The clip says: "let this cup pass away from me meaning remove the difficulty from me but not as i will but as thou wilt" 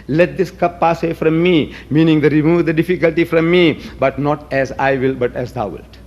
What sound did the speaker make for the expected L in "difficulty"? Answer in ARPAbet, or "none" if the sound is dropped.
L